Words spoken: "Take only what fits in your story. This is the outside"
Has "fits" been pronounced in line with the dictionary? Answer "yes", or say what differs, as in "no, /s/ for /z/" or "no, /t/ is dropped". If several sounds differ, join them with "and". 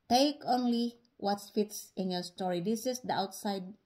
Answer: yes